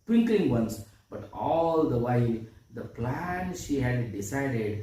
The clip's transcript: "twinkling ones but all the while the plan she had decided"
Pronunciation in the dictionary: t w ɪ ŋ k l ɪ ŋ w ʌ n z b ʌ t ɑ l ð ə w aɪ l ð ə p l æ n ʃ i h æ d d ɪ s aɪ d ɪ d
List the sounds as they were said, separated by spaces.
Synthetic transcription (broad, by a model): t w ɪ ŋ k l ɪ ŋ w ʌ n s b ʌ t ɑ l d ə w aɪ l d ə p l æ n ʃ i h æ d d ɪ s aɪ d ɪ d